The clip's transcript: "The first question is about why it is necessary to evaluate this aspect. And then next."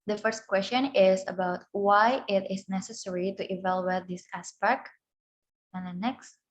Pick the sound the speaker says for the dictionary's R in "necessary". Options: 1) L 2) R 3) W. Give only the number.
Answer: 2